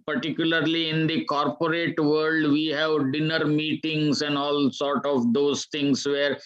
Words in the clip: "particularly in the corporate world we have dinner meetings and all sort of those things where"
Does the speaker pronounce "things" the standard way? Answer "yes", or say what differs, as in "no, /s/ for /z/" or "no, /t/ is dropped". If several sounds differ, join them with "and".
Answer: no, /t/ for /θ/